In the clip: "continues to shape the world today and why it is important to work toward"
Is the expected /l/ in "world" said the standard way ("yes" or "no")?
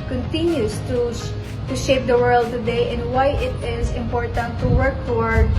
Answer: yes